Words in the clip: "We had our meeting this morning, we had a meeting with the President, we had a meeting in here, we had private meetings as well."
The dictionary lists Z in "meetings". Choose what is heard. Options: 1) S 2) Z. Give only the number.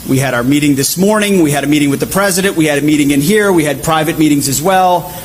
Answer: 2